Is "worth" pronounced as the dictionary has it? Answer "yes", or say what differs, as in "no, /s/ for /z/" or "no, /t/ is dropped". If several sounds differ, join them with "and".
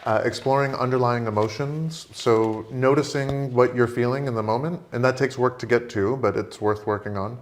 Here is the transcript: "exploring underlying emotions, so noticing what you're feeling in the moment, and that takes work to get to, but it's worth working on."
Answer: yes